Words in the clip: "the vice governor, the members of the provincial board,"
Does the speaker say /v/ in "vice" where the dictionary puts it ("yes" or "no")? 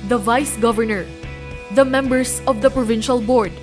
yes